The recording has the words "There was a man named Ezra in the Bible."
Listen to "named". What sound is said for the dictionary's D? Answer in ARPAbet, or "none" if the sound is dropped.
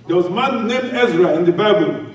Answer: none